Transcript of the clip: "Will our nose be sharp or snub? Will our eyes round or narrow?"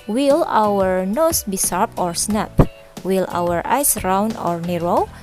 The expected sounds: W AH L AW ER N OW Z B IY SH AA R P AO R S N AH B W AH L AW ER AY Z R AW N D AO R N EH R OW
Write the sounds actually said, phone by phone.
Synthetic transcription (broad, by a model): W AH L AW ER N OW S B IY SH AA R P AO R S N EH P W AH L AW ER AY S R AW N AO R N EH R OW